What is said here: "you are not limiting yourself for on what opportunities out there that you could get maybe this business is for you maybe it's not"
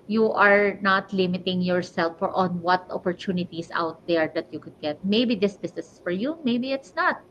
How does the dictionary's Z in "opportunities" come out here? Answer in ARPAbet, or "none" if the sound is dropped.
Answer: S